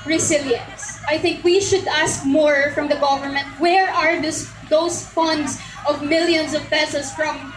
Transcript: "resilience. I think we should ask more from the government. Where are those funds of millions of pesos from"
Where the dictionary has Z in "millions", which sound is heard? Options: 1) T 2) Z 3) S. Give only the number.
3